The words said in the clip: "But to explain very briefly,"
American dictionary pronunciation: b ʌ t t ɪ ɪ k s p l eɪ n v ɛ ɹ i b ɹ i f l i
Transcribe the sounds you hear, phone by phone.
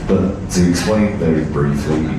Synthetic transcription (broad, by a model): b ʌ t t ɪ ɪ k s p l eɪ n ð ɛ i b ɹ i f l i